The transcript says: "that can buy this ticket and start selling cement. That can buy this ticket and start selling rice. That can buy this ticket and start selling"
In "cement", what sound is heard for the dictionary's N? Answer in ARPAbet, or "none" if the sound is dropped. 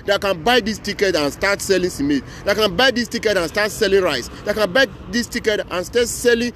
none